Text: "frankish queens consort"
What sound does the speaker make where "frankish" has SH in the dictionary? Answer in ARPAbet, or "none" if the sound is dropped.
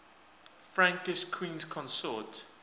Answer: S